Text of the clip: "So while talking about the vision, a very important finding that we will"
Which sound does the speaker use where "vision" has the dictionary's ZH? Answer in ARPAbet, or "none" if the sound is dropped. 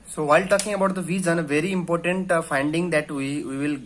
Z